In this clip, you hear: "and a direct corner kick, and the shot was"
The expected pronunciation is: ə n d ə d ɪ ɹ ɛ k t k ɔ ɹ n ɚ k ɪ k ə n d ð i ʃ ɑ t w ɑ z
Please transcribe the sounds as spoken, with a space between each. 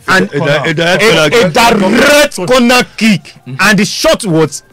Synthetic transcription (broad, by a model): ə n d ə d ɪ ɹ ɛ t k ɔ n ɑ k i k ə n d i ʃ ɑ t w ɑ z